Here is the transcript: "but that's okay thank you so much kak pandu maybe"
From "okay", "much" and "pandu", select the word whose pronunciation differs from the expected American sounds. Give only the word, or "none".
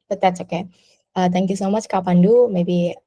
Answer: none